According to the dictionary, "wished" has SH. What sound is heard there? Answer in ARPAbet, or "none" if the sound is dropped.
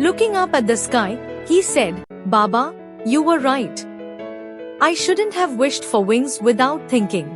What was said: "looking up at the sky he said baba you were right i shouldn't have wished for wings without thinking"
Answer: SH